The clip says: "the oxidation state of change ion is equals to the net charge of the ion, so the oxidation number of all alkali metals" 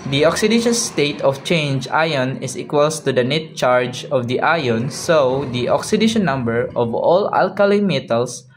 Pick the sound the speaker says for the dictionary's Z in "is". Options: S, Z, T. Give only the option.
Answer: S